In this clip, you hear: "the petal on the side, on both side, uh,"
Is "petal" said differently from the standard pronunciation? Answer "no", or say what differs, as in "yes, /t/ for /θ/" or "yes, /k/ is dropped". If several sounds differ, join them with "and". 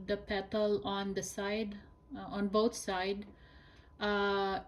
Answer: no